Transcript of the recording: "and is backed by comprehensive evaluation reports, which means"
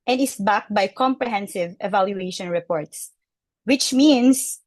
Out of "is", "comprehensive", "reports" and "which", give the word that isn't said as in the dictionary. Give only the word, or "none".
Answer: is